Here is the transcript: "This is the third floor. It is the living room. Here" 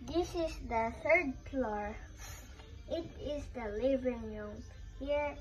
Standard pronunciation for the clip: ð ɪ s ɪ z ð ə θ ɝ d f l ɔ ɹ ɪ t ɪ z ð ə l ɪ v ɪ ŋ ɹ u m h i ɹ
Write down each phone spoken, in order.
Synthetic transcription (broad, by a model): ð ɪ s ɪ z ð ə θ ɝ d p l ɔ ɹ ɪ t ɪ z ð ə l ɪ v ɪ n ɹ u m h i ɹ